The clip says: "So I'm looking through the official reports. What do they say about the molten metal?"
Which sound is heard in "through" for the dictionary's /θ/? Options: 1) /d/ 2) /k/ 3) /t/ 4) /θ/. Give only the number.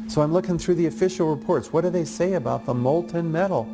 4